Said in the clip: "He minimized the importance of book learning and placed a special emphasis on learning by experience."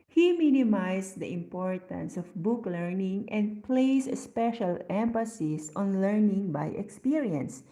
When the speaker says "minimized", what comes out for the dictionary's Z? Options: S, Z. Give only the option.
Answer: S